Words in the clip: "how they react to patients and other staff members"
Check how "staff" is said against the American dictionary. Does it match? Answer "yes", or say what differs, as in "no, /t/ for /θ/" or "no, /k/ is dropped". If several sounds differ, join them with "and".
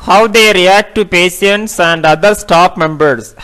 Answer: no, /p/ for /f/